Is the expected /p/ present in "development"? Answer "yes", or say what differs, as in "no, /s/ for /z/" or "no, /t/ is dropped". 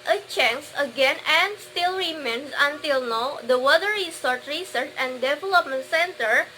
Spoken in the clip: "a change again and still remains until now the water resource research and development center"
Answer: yes